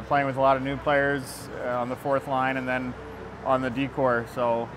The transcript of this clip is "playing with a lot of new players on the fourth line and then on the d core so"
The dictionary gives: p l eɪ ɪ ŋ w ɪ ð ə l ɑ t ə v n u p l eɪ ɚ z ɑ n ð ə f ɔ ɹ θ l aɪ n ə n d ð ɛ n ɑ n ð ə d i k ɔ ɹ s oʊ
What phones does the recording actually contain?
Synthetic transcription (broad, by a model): p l eɪ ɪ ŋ w ɪ ð ə l ɑ t ə v n u p l eɪ ɚ z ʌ n ð ə f ɔ ɹ θ l aɪ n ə n ð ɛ n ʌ n ð ə d i k ɔ ɹ s oʊ